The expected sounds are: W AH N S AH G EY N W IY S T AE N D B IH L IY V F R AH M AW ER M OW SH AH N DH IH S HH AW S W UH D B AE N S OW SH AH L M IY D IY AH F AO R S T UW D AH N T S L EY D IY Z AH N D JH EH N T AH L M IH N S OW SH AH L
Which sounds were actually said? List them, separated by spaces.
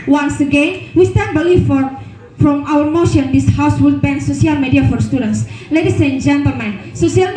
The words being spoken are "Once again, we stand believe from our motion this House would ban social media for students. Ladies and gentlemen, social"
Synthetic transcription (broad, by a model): W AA N S AH G EY N W IY S T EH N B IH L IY F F R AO M AW ER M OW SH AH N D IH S HH AW S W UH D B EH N S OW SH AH L M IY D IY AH F AO R S T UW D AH N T S L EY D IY S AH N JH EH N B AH M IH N S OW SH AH L